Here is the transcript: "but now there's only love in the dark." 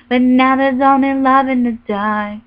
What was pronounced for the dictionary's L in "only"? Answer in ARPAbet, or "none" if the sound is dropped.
none